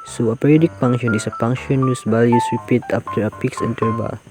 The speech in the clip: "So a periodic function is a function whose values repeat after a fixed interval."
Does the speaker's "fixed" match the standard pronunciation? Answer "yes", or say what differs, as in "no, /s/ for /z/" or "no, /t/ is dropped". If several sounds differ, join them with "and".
no, /p/ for /f/ and /t/ is dropped